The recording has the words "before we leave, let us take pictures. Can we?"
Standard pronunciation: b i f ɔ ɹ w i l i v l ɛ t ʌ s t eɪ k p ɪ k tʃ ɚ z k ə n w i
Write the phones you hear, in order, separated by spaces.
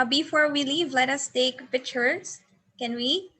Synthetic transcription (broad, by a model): b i f ɔ ɹ w i l i v l ɛ t ʌ s t eɪ k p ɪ tʃ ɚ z k ə n w i